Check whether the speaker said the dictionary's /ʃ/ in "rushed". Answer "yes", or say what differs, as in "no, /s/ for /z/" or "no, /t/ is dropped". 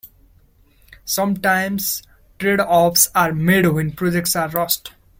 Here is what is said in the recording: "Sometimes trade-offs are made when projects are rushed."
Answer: no, /s/ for /ʃ/